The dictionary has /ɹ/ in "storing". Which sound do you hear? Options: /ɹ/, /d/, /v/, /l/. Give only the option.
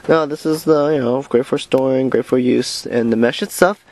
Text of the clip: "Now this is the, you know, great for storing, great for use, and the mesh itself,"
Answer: /ɹ/